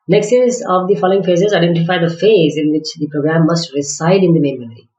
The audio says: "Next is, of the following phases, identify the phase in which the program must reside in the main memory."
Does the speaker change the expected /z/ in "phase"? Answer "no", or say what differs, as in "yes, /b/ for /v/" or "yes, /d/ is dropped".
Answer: no